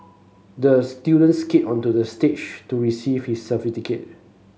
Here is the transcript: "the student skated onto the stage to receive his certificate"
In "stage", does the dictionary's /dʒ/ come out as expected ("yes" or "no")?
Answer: no